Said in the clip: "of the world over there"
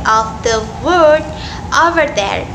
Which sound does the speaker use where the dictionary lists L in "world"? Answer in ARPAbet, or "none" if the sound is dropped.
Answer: none